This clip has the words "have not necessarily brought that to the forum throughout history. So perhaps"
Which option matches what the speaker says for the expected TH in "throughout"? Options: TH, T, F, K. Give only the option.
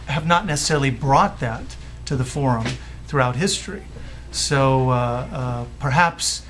TH